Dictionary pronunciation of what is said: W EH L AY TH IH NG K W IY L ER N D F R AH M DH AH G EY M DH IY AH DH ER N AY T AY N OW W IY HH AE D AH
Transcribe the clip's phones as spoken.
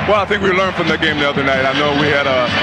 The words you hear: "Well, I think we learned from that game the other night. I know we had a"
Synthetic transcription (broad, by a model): W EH L AY TH IH NG K W IY L ER N D F R AH M DH AH G EY M DH IY AH DH ER N AY T AY N OW W IY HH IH D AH